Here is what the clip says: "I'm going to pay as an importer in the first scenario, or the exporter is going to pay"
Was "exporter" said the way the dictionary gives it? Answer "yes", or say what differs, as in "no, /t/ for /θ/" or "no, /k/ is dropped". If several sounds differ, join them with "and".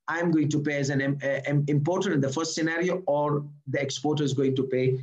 yes